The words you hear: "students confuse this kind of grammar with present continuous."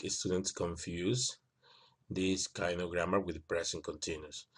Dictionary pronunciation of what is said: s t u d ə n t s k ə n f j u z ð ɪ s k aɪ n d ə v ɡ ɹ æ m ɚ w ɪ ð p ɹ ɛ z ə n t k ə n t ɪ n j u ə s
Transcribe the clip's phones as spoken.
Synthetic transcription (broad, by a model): s t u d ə n t s k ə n f j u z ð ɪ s k aɪ n d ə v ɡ ɹ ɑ m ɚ w ɪ ð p ɹ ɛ s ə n k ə n t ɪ n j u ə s